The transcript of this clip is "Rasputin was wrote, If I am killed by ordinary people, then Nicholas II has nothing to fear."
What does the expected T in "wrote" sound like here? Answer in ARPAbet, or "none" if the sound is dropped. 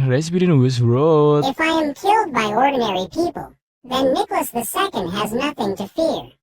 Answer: none